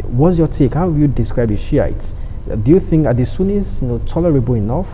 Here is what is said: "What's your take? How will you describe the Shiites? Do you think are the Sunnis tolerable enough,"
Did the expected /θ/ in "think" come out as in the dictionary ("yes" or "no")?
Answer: yes